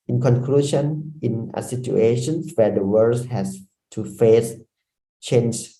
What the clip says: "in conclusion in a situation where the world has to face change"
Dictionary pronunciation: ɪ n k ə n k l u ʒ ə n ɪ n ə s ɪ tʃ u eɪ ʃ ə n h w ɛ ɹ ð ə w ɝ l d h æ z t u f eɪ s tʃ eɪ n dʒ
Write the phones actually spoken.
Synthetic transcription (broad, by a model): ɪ n k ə n k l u ʃ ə n ɪ n ə s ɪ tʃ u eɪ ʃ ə n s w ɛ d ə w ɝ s h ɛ s t u f eɪ s tʃ eɪ n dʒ